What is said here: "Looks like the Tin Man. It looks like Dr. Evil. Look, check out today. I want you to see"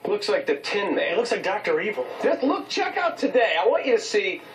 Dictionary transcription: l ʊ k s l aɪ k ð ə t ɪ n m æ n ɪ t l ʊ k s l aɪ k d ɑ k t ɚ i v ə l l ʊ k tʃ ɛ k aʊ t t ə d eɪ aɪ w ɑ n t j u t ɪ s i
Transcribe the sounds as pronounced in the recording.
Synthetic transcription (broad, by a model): l ʊ k s l aɪ k ð ə t ɪ n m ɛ ɪ t l ʊ k s l aɪ k d ɑ k t ɚ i v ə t l ʊ k tʃ ɛ k aʊ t t ə d eɪ aɪ w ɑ n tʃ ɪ t ɪ s i